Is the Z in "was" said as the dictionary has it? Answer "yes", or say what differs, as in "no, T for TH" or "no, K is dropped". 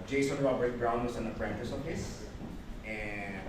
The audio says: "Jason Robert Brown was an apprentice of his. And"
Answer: no, S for Z